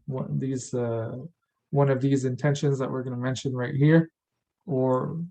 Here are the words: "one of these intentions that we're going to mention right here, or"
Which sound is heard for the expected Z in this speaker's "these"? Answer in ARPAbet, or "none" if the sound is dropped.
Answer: Z